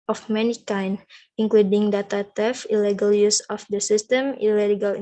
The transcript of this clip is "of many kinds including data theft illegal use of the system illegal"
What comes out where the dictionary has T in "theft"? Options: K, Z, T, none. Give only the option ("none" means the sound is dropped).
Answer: none